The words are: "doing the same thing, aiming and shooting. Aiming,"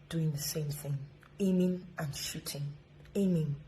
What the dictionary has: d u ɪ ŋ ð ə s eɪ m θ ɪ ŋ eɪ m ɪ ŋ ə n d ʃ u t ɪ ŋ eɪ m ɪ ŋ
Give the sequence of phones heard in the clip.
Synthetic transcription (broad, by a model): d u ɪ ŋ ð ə s eɪ m θ ɪ ŋ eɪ m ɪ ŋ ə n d ʃ u t ɪ ŋ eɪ m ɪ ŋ